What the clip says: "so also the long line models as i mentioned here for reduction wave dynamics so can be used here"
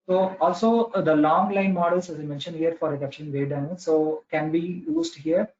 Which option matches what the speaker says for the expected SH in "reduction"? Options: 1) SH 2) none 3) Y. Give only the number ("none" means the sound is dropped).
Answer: 2